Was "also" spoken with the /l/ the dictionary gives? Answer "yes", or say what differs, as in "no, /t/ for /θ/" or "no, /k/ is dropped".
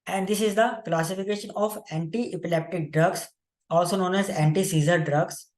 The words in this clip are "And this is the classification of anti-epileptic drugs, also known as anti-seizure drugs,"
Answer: yes